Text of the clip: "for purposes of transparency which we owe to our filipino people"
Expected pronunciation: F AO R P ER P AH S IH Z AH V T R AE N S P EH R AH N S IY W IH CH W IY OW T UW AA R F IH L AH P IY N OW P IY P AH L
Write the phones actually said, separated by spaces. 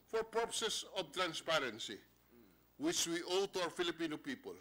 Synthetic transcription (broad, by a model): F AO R P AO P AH S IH S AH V T R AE N S P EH R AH N S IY W IH CH W IY OW T UW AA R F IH L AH P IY N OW P IY P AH L